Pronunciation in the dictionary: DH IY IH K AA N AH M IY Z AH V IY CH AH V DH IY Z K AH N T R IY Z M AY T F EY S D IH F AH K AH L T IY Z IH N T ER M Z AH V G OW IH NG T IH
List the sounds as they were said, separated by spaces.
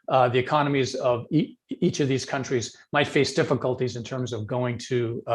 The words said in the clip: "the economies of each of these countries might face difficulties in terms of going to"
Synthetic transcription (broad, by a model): DH IY IH K AA N AH M IY Z AH V IY CH AH V DH IY Z K AH N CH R IY Z M AY T F EY S D IH F AH K AH L T IY Z IH N T ER M Z AH V G OW IH NG T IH